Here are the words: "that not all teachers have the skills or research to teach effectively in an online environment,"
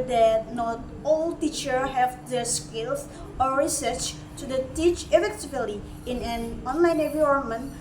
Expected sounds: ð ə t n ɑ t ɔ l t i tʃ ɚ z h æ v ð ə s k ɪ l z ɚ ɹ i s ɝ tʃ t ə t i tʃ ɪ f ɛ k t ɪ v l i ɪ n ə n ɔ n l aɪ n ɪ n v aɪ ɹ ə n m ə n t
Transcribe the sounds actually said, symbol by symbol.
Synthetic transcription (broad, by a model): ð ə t n ɑ t ɔ l t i tʃ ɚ h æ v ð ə s k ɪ l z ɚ ɹ i s ɝ tʃ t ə t i tʃ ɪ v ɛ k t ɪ b l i ɪ n ə n ɔ n l aɪ n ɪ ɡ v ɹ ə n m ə n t